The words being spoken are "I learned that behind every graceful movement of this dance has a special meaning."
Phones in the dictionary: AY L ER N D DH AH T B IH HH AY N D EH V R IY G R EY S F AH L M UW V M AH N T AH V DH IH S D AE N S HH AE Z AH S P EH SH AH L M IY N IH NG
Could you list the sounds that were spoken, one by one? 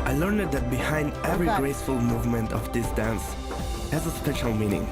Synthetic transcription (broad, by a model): AY L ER N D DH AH T B IH HH AY N D EH V R IY G R EY S F AH L M UW V M AH N T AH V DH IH S D AE N S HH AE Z AH S P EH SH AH L M IY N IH NG